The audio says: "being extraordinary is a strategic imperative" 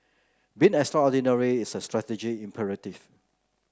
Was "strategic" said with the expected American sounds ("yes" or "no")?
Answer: no